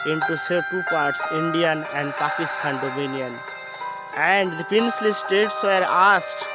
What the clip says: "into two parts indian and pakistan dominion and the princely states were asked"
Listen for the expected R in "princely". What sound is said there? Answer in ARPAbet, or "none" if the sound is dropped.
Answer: none